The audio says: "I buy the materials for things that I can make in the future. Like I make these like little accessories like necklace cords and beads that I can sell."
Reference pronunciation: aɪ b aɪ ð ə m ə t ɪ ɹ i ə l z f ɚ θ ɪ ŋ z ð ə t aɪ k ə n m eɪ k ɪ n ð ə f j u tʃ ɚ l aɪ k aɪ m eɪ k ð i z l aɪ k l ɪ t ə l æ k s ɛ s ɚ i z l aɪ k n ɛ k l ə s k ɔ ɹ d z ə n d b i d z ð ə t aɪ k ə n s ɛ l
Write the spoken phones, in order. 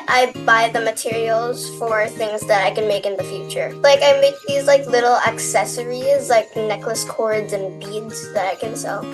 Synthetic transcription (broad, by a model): aɪ b aɪ ð ə m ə t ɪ ɹ i l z f ɚ θ ɪ ŋ z ð ə t aɪ k ə n m eɪ k ɪ n ð ə f j u tʃ ɚ l aɪ k aɪ m eɪ k ð i z l aɪ k l ɪ t l æ k s ɛ s ɚ i z l aɪ k n ɛ k l ə s k ɔ ɹ d z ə n b i d z ð ə t aɪ k ə n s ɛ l